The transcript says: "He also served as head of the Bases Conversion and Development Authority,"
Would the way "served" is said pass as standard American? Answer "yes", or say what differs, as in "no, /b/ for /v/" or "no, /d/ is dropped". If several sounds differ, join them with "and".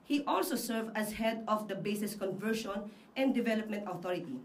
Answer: no, /d/ is dropped